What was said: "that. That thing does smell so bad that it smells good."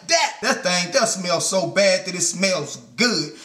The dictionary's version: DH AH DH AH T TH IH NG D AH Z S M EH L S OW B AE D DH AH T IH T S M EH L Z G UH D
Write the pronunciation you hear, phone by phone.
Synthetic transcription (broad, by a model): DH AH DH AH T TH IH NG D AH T S M EH L S OW B AE D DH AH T IH T S M EH L Z G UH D